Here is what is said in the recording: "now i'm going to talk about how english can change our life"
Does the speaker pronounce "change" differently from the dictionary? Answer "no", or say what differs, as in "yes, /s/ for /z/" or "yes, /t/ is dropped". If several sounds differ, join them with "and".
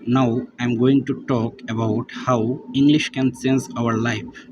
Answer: yes, /s/ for /tʃ/